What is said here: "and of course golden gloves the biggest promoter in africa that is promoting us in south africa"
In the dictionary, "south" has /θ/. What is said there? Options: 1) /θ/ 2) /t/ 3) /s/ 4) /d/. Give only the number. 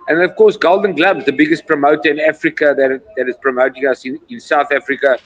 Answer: 1